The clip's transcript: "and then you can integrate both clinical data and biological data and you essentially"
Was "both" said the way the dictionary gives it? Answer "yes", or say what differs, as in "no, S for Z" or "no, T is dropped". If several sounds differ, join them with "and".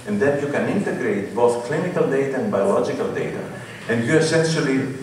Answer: yes